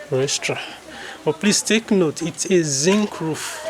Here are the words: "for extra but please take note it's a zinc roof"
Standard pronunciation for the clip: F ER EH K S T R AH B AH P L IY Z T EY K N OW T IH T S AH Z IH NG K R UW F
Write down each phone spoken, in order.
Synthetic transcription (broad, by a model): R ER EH S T R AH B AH P L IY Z T EY K N OW T IH T S AH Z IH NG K R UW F